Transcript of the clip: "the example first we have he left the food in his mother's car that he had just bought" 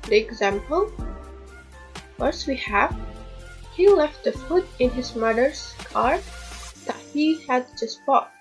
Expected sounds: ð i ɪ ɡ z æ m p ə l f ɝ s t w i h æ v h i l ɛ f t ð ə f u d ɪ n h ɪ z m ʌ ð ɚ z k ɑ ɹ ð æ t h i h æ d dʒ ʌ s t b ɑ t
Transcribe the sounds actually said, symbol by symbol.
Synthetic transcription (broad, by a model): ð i ɪ ɡ z æ m p ə l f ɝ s w i h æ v h i l ɛ f t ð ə f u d ɪ n h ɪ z m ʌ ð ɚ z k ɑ ɹ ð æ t h i h æ d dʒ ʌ s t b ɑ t